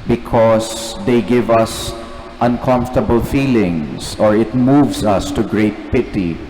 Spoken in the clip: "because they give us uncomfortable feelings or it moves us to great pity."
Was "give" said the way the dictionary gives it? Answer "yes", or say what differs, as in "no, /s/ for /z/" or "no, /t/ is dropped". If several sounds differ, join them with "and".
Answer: yes